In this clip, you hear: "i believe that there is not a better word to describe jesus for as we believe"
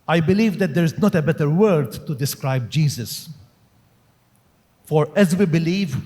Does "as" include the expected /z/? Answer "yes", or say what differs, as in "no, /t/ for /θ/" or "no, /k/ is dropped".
yes